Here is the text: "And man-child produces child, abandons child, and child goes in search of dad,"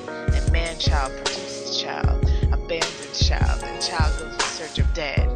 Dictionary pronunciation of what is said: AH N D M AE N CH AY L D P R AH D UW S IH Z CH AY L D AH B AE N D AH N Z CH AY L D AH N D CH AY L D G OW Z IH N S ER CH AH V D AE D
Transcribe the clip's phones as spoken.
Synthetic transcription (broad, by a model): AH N M AE N CH AY L D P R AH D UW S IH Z CH AY L D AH B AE N D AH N CH AY L D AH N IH CH AY L D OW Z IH S ER CH AH V D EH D